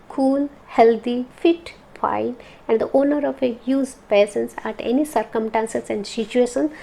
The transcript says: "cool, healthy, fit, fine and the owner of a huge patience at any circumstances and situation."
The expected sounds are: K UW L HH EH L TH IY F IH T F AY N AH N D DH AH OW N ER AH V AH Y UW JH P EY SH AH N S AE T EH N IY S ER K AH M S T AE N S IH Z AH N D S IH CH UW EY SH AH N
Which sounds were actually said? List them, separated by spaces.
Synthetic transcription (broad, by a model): K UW L HH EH L T IY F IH T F AY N AH N D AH OW N ER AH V AH Y UW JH P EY S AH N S AE T EH N IY S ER K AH M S T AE N S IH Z AH N D S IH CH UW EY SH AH N